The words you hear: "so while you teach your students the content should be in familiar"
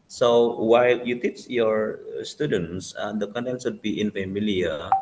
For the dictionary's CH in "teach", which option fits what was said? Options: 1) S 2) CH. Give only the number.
2